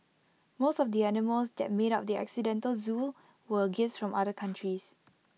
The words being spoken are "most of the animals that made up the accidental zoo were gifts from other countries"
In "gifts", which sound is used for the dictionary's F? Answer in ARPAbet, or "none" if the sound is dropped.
none